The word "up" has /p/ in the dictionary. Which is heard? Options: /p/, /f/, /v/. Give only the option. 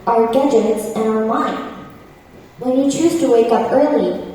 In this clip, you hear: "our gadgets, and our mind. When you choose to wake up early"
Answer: /p/